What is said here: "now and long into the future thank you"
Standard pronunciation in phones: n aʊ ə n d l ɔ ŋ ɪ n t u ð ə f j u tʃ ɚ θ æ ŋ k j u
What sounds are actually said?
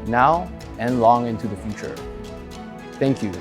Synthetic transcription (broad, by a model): n aʊ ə n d l ɔ ŋ ɪ n t u ð ə f j u tʃ ɚ θ æ ŋ k j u